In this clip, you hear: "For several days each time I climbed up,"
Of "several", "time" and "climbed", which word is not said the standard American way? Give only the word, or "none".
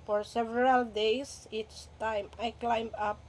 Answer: climbed